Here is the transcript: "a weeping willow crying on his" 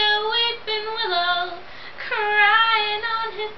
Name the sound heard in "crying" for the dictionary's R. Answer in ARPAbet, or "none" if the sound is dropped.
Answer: R